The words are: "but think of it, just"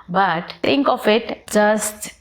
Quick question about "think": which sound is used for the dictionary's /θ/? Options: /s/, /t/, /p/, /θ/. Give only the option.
/t/